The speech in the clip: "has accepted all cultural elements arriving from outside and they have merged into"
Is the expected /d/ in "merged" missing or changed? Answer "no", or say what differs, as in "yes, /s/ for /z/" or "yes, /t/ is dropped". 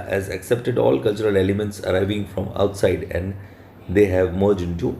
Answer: yes, /d/ is dropped